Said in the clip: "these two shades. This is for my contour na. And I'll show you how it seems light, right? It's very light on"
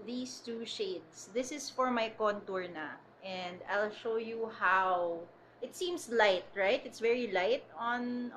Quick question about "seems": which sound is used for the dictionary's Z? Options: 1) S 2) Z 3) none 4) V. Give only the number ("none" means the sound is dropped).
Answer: 1